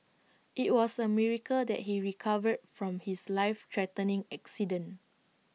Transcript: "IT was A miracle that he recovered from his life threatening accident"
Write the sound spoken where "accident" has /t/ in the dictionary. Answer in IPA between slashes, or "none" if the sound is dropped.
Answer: none